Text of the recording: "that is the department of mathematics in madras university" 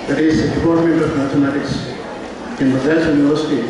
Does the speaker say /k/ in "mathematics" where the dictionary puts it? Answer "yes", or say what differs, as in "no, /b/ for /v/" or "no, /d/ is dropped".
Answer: no, /k/ is dropped